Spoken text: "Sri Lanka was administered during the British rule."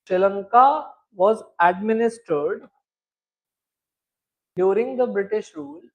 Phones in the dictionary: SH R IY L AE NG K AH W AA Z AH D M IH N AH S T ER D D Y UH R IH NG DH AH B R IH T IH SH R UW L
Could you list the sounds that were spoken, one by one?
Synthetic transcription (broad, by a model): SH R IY L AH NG K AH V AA Z AH D M IH N AH S T ER D D Y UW R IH NG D AH B R IH T IH SH R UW L